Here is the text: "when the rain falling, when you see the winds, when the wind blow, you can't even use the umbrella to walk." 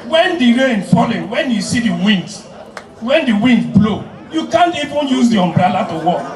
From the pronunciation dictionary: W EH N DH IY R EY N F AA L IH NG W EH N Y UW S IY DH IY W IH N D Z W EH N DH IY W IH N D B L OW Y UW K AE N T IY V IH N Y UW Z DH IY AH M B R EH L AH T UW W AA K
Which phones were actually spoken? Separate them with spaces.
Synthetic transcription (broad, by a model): W EH N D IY R EY N F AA L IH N W EH N Y UW S IY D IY W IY N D W EH N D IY W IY N D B L OW Y UW K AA N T IY V IH N Y UW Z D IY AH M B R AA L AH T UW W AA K